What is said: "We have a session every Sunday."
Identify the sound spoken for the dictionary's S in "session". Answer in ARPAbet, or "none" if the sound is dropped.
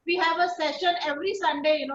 S